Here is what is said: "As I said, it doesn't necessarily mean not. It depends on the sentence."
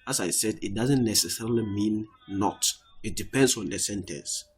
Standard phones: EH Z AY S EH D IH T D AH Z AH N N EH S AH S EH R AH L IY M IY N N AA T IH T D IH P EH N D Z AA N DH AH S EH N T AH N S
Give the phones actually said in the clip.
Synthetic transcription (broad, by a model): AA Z AY S EH D IH T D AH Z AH N N EH S AH S EH R AH L IY M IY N N AA T IH T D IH P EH N D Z AA N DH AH S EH N T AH N S